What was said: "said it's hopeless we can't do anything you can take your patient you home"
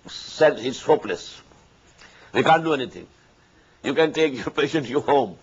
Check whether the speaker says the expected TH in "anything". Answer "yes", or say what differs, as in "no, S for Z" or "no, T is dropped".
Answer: no, T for TH